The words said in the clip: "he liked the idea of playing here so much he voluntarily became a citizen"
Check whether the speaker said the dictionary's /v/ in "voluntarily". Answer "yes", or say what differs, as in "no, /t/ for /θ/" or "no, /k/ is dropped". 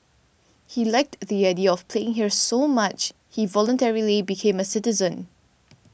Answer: yes